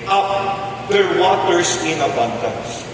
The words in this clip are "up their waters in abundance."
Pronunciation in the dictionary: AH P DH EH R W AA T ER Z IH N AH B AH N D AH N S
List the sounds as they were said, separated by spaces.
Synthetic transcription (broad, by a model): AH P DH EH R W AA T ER S IH N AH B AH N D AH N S